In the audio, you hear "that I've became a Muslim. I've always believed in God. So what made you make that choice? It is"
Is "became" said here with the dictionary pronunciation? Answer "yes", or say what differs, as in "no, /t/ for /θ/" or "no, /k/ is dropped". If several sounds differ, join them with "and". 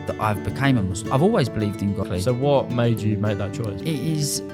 no, /m/ is dropped